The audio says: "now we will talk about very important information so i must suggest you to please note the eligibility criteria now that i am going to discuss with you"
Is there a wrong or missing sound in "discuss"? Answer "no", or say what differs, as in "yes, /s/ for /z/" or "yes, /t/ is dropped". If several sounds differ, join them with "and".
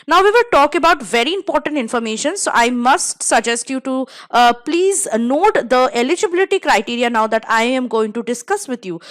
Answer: no